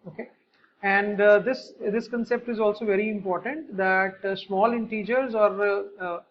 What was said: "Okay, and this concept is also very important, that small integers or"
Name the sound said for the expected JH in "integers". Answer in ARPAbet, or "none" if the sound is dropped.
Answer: JH